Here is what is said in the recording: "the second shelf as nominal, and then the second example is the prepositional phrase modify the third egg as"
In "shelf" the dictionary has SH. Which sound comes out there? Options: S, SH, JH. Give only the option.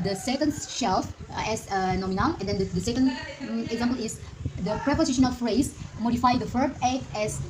SH